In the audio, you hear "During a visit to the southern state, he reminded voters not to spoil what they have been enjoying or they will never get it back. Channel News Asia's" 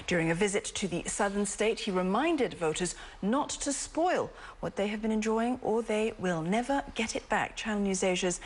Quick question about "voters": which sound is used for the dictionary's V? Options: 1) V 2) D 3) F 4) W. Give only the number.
1